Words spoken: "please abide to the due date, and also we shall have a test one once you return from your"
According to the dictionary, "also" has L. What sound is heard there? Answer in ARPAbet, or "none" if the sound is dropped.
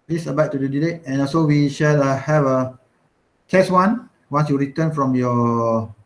none